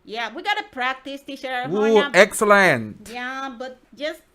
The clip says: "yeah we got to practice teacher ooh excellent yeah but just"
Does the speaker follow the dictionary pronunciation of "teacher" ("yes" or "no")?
no